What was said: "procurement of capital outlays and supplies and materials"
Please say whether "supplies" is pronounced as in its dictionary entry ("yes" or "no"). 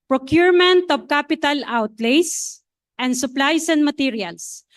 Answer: no